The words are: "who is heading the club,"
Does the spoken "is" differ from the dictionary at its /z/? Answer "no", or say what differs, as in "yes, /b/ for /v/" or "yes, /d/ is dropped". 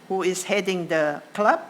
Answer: yes, /s/ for /z/